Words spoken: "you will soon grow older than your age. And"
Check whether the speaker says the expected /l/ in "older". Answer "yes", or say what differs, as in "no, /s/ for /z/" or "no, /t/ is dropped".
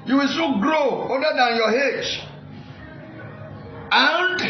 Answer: no, /l/ is dropped